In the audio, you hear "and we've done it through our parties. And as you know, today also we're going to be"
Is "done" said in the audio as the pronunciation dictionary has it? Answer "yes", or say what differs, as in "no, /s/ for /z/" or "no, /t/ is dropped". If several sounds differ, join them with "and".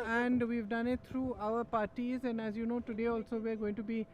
yes